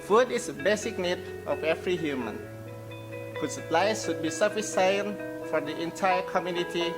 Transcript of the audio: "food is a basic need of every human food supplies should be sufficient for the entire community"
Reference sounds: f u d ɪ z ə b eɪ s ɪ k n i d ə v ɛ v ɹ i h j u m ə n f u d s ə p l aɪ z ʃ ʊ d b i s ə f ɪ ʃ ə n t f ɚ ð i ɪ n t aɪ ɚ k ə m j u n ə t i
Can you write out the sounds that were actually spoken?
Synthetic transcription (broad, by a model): f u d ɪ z ə b eɪ s ɪ k n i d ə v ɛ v ɹ i h j u m ə n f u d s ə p l aɪ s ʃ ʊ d b i s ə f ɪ s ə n f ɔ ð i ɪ n t aɪ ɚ k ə m j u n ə t i